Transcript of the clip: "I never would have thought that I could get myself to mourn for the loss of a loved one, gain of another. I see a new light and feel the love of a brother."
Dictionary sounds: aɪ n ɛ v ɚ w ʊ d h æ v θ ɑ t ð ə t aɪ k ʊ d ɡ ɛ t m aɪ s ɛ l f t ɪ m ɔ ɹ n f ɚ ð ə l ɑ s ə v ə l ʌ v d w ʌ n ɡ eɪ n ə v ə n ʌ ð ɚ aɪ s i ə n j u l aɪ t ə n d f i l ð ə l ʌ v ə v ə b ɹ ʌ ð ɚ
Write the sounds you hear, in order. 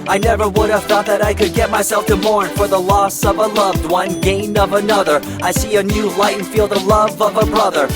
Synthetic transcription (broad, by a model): aɪ n ɛ v ɚ w ʊ d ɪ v θ ɑ t ð ə t aɪ k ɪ d ɡ ɛ t m aɪ s ɛ l f t ɪ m ɔ ɹ n f ɚ ð ə l ɑ s ə v ə l ʌ v d w ʌ n ɡ eɪ n ə v ə n ʌ ð ɚ aɪ s i ə n j u l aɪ ə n f i l ð ə l ʌ v ə v ə b ɹ ʌ ð ɚ